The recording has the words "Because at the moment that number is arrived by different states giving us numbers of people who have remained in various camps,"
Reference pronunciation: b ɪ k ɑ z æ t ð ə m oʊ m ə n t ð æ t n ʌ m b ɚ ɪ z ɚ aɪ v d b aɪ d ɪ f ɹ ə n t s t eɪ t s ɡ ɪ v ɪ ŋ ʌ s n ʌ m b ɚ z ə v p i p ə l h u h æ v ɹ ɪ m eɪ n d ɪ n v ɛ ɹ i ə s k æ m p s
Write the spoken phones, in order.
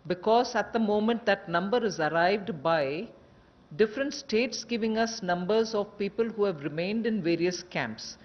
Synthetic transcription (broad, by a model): b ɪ k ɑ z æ t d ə m oʊ m ə n t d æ t n ʌ m b ɚ ɪ z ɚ aɪ v d b aɪ d ɪ f ɹ ə n t s t eɪ t s ɡ ɪ v ɪ ŋ ʌ s n ʌ m b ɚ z ə v p i p ə l h u h æ v ɹ ɪ m eɪ n d ɪ n v ɛ ɹ i ə s k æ m p s